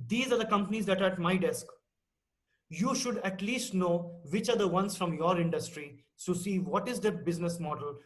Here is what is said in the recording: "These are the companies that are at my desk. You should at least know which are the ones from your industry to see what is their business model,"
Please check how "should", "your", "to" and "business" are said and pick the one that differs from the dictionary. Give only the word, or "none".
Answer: to